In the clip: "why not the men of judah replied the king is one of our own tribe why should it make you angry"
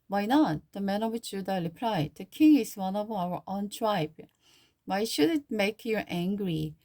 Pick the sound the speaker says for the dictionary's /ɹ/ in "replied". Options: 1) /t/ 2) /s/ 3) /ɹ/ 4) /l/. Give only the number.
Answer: 4